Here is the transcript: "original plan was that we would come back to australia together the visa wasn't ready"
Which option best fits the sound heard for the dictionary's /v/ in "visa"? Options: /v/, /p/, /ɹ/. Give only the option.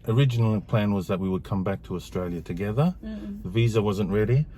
/v/